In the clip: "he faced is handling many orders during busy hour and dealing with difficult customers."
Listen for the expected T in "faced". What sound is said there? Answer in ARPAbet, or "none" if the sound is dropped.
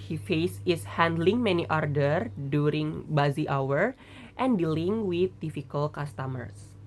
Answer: none